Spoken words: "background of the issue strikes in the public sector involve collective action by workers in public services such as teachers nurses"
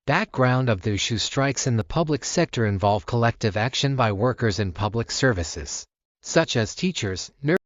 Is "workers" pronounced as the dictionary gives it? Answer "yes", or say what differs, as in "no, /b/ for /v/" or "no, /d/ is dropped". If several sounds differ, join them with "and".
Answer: yes